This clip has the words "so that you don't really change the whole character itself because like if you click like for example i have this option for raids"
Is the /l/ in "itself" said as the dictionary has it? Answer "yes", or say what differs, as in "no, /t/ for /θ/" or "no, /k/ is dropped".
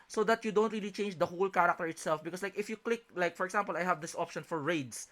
yes